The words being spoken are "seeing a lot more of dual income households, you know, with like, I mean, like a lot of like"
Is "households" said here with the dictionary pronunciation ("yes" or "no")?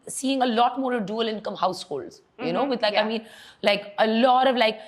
yes